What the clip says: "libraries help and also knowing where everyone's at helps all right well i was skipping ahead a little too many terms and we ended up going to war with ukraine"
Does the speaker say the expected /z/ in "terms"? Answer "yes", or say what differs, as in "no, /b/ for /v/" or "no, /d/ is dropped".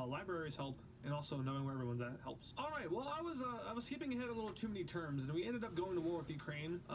yes